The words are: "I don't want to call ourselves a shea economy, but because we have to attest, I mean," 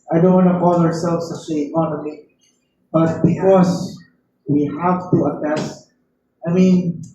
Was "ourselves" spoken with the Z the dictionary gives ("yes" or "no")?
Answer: no